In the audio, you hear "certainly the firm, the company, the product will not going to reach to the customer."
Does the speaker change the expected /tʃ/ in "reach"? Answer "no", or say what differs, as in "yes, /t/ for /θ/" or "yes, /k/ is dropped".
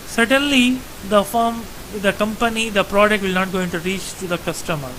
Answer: no